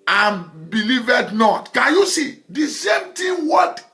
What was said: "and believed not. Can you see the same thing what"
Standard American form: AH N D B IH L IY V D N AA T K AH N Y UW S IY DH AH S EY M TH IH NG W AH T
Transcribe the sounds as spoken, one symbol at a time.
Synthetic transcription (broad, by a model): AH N B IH L IY V D N AA T K AH N Y UW S IY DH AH S EY M T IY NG W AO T